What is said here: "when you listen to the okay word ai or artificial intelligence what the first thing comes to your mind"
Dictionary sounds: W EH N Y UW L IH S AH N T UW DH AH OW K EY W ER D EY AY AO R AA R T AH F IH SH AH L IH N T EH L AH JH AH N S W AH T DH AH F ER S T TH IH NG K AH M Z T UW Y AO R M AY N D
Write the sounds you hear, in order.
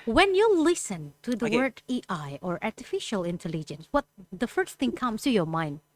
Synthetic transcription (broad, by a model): W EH N Y UW L IH S AH N T UW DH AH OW W ER D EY AY AO R AA R T AH F IH SH AH L IH N T EH L AH JH AH N S W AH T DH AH F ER S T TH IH NG K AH M S T UW Y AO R M AY N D